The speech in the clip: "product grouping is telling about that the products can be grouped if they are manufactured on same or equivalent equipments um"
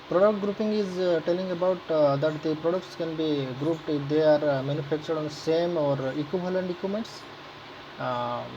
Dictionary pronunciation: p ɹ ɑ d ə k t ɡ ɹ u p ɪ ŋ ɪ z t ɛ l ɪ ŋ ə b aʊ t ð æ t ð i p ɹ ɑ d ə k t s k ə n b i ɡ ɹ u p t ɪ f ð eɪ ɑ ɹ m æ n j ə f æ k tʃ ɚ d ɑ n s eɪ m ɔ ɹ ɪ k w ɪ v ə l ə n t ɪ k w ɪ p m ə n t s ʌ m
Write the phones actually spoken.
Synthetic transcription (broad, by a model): p ɹ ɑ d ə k t ɡ ɹ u p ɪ ŋ ɪ z t ɛ l ɪ ŋ ə b aʊ t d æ t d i p ɹ ɑ d ə k t s k ə n b i ɡ ɹ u p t ɪ f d eɪ ɑ ɹ m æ n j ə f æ k tʃ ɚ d ɑ n s eɪ m ɔ ɹ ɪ k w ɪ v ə l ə n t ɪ k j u m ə n t s